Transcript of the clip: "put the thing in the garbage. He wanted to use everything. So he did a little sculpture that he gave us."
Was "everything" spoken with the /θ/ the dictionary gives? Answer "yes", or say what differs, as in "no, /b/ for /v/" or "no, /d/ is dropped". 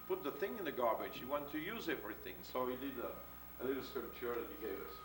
yes